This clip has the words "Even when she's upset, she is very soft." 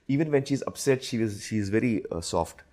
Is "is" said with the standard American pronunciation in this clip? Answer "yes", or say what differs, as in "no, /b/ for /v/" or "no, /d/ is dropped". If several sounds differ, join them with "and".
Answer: yes